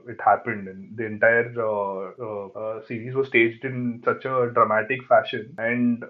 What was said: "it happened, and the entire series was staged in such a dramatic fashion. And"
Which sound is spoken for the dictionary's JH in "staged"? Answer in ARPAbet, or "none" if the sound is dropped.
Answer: JH